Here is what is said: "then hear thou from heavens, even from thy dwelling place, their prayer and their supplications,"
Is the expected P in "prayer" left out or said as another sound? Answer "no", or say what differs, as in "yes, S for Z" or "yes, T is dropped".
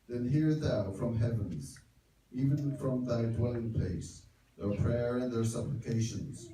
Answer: no